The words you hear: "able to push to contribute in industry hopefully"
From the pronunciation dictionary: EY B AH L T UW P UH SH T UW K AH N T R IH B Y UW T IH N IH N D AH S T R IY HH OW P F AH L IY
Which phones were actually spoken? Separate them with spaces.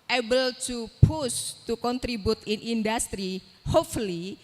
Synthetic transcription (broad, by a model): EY B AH L T UW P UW S T UW K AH N T R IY B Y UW T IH N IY N D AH S T R IY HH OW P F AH L IY